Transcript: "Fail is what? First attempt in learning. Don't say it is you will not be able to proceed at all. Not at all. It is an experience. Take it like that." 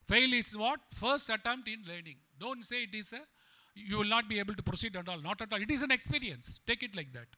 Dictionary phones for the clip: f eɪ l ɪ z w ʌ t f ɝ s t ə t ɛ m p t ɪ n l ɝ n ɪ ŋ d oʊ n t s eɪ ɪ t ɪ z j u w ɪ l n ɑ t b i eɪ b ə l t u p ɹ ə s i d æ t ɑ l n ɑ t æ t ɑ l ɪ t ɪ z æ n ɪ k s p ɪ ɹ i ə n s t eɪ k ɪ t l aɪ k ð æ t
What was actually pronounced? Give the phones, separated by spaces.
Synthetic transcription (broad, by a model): f eɪ l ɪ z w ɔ t f ɝ s t ə t ɛ m p t ɪ n l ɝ n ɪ ŋ d oʊ n t s eɪ ɪ t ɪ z j u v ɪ l n ɑ t b i eɪ b ə l t u p ɹ ə s i d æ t ɑ l n ɑ t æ t ɑ l ɪ t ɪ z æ n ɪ k s p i ɹ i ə n s t eɪ k ɪ t l aɪ k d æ t